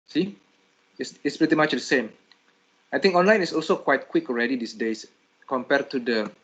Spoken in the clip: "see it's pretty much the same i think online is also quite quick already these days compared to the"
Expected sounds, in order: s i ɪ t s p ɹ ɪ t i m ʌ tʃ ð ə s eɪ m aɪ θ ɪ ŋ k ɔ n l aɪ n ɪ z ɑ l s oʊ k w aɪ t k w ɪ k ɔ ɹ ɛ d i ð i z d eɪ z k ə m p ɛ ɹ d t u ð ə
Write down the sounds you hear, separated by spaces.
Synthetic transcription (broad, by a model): s i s t s p ɹ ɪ t i m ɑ tʃ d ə s eɪ m aɪ t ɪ ŋ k ɔ n l aɪ n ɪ s ɑ l s oʊ k w aɪ t k w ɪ k ɔ ɹ ɛ d i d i s d eɪ s k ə m p ɛ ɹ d t u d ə